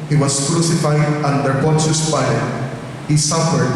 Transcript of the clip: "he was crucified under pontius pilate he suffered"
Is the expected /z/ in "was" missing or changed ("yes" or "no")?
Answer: yes